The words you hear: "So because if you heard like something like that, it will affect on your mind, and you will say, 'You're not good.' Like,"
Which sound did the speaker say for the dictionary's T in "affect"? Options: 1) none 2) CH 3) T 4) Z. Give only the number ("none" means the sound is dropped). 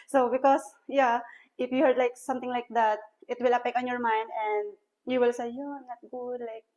1